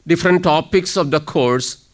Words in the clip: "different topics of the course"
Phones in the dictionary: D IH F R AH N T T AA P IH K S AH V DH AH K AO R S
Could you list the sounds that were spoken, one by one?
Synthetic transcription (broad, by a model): D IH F R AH N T T AA P IH K S AH V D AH K AO R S